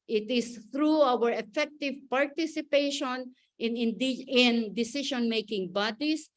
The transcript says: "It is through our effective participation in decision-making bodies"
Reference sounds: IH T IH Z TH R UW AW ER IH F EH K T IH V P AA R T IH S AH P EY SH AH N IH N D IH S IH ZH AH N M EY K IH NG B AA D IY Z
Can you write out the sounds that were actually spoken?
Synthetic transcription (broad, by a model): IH T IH S TH R UW AW ER IH F EH K T IH V P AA R T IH S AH P EY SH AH N IH N D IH S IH SH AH N M EY K IH NG B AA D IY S